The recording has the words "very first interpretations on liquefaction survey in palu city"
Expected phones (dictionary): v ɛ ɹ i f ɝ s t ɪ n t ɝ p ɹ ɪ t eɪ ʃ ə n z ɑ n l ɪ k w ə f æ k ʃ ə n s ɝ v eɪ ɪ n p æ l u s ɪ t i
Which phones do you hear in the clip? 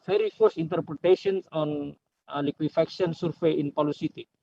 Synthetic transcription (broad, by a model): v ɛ ɹ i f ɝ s ɪ n t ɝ p ɹ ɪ t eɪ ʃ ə n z ɑ n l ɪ k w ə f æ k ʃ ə n s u f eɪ ɪ n p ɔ l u s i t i